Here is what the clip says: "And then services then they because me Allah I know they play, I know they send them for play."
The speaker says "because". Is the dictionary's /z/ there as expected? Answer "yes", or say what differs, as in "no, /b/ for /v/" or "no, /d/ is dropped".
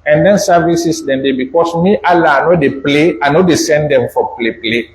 no, /s/ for /z/